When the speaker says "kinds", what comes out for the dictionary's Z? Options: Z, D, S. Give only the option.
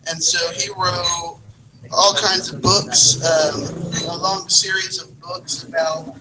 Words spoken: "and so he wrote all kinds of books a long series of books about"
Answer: Z